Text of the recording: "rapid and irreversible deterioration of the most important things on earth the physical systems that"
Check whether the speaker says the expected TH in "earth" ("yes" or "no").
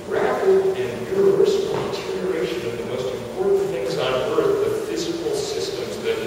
no